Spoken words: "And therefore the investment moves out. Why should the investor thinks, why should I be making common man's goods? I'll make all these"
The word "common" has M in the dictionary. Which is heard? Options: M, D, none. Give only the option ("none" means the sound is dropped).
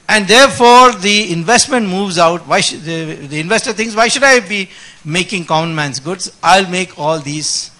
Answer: none